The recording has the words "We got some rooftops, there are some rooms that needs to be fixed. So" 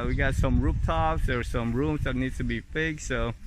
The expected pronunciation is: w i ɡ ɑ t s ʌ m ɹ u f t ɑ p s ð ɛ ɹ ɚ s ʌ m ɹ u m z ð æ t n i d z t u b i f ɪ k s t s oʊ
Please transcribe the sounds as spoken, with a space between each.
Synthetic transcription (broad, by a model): w i ɡ ɑ t s ʌ m ɹ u p t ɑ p s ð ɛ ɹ s ʌ m ɹ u m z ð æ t n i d t u b i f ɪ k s s oʊ